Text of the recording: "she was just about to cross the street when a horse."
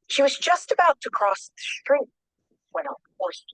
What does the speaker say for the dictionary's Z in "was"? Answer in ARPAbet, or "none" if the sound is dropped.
Z